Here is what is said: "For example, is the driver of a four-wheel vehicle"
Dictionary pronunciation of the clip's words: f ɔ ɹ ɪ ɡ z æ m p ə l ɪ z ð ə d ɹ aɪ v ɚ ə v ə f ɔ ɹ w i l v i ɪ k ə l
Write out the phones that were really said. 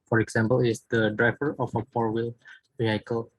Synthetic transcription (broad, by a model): f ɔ ɹ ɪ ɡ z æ m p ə l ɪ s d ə d ɹ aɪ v ɚ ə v ə p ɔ ɹ w i l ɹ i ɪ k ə l